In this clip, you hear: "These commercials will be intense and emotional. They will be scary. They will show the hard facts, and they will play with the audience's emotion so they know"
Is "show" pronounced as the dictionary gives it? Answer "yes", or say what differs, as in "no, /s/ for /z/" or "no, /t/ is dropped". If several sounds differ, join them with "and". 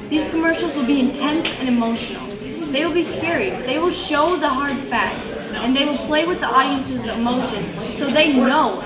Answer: yes